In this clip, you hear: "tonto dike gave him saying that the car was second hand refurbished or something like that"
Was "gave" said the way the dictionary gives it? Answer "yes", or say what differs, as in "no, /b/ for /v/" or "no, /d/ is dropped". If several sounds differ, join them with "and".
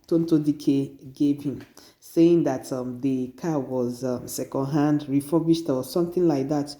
no, /p/ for /v/